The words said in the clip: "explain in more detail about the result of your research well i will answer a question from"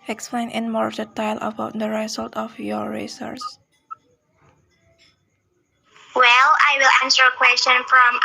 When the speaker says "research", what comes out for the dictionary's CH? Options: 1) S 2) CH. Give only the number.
1